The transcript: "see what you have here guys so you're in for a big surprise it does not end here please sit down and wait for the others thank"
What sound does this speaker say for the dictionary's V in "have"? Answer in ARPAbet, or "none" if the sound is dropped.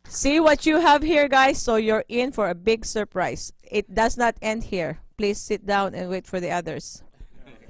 V